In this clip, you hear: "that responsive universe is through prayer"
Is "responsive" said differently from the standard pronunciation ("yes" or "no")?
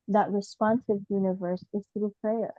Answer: no